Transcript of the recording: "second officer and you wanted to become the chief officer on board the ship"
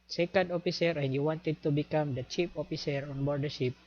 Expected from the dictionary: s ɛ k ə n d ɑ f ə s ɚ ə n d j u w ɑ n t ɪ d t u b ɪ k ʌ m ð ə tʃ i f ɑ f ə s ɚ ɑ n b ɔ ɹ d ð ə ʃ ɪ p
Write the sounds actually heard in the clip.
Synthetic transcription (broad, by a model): s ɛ k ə n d ɑ f ə s ɚ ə n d j u w ɑ n t ɪ d t u b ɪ k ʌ m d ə tʃ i p ɑ f ə s ɚ ɑ n b ɔ ɹ d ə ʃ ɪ p